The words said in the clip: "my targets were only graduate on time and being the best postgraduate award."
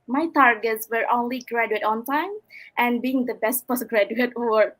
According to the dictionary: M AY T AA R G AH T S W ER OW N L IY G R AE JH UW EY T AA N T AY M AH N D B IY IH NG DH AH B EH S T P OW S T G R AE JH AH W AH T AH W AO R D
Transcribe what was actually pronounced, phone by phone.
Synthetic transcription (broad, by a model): M AY T AA R G AH T S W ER OW N L IY G R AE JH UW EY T AA N T AY M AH N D B IY IH NG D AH B EH S T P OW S G R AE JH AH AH T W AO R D